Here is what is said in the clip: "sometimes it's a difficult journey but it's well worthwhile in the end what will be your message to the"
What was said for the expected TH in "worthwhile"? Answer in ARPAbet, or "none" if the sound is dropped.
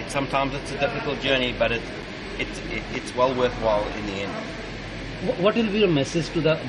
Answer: TH